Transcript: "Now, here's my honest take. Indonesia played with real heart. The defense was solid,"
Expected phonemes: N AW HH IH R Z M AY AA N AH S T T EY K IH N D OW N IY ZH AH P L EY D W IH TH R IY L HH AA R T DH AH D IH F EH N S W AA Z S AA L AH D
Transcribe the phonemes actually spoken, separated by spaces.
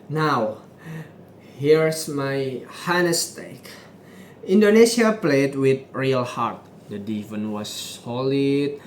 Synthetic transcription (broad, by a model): N AW HH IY R S M AY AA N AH S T T EY K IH N D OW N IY S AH P L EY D W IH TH R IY L HH AA R T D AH D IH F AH N W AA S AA L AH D